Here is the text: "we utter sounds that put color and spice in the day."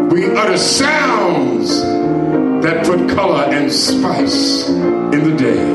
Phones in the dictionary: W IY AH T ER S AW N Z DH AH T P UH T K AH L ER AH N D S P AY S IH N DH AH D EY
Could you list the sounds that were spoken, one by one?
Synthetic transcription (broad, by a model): W IY AH T ER S AW N Z DH AH T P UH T K AH L ER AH N S P AY S IH N DH AH D EY